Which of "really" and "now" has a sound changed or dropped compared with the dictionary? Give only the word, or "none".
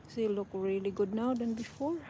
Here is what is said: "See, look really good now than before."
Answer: none